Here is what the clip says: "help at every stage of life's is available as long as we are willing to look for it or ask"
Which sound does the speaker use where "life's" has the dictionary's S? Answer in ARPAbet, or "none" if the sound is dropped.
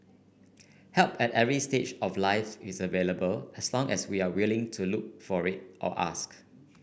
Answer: none